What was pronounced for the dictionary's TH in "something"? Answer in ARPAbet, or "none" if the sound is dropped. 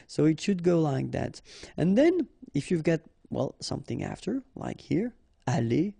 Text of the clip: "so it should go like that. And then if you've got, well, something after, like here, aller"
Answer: TH